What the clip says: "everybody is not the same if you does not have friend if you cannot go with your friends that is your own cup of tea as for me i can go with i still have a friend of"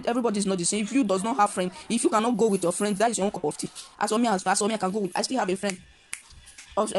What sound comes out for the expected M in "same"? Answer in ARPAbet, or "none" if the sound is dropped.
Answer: none